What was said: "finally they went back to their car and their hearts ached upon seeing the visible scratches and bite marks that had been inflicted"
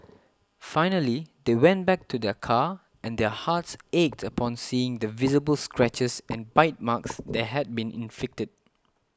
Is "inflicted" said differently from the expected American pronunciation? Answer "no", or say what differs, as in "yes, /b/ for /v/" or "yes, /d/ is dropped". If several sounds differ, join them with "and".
yes, /l/ is dropped